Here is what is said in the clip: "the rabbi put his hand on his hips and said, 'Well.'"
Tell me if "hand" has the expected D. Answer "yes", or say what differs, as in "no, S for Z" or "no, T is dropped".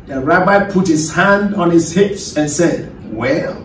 yes